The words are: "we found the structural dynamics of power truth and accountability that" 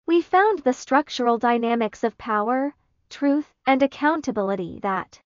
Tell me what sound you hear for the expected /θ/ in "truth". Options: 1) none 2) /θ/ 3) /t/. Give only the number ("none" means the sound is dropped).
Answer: 2